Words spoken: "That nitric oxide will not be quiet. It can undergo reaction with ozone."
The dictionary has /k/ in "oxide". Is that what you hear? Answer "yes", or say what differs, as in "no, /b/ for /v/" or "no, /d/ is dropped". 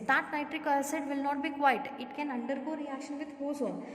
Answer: no, /k/ is dropped